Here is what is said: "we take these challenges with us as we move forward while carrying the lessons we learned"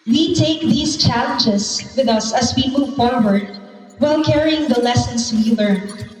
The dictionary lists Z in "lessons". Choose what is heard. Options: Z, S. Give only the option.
S